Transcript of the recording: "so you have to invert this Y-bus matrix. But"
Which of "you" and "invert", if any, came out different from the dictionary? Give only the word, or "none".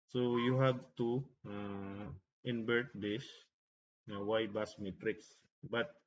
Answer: invert